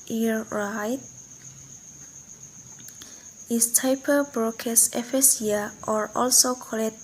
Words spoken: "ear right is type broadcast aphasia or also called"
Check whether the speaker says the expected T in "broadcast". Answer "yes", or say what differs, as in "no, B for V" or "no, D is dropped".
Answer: no, T is dropped